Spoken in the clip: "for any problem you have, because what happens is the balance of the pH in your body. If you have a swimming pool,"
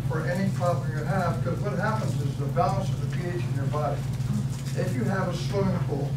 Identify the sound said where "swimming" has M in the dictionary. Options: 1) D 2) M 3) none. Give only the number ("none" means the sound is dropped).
3